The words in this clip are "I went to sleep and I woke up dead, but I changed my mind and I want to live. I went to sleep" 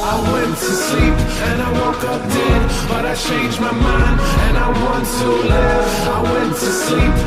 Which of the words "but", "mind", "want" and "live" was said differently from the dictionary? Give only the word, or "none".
mind